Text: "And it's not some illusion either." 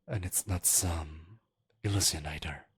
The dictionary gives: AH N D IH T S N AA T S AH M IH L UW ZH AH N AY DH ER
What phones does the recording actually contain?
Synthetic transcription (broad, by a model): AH N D IH T S N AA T S AH M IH L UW S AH N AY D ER